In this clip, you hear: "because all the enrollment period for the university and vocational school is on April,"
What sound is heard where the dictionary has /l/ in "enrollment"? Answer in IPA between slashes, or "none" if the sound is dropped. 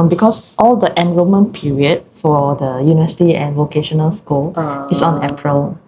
none